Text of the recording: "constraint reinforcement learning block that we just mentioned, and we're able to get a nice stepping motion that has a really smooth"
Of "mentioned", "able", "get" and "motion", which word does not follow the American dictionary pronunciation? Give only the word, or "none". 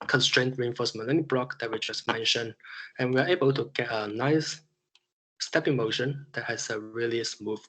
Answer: mentioned